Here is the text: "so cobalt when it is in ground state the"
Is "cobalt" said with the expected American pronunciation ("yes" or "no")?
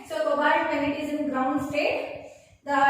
no